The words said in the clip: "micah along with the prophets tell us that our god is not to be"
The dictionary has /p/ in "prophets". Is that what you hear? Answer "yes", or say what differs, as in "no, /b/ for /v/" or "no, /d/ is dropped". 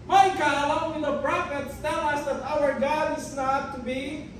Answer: no, /b/ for /p/